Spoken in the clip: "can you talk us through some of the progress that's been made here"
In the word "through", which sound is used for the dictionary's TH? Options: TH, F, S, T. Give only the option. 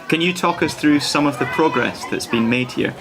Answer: TH